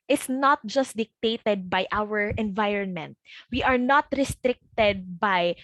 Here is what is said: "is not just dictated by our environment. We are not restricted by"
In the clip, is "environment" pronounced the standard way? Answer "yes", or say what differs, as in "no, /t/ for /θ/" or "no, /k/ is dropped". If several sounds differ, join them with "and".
yes